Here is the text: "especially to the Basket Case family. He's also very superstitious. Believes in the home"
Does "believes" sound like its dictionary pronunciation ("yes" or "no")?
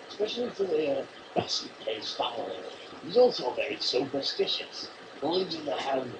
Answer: no